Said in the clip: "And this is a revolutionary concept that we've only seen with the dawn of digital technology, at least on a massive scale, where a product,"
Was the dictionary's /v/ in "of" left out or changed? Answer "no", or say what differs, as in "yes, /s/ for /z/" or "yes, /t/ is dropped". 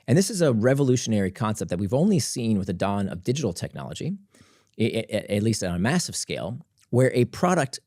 no